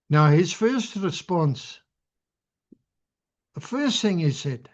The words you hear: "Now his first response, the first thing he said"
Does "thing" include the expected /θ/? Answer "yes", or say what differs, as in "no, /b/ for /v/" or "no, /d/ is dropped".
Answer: yes